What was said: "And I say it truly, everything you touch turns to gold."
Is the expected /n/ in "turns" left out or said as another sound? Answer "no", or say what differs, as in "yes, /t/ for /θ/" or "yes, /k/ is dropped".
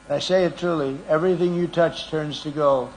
no